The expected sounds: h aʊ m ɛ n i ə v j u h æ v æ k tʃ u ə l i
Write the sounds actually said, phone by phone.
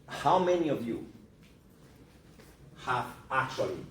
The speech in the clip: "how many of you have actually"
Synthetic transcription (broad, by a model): h aʊ m ɛ n i ə v j u h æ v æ k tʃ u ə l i